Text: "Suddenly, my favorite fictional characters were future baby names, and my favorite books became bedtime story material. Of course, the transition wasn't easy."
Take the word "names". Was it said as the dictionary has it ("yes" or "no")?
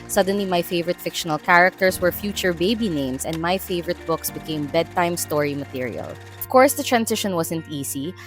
no